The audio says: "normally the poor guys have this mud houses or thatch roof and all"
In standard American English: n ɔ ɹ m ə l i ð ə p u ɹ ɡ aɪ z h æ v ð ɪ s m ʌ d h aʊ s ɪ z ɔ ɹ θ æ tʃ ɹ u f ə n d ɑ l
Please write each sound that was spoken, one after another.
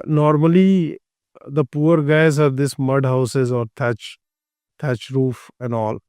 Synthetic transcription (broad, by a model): n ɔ ɹ m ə l i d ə p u ɹ ɡ aɪ z h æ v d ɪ s m ʌ d h aʊ s ɪ z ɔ ɹ t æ tʃ ɹ u f ə n d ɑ l